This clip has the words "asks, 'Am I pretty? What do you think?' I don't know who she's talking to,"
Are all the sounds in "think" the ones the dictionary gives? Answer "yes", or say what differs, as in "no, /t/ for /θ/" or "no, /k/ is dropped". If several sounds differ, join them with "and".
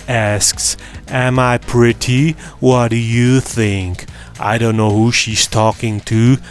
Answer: yes